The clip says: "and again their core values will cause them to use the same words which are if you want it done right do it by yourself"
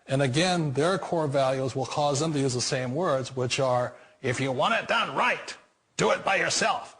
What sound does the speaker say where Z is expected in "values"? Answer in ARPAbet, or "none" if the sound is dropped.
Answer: Z